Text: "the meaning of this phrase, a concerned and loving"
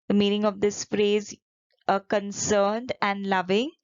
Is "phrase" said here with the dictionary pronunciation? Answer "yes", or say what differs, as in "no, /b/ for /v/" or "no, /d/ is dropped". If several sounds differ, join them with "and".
yes